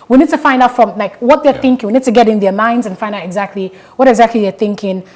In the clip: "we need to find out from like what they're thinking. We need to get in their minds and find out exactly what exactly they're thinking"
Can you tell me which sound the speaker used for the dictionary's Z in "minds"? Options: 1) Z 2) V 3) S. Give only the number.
1